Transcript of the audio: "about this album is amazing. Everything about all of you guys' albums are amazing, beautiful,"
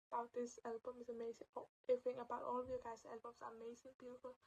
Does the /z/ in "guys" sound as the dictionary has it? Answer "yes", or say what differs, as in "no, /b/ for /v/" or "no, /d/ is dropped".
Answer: no, /s/ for /z/